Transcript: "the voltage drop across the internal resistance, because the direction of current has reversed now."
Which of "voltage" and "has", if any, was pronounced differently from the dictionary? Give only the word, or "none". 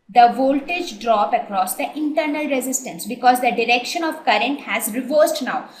none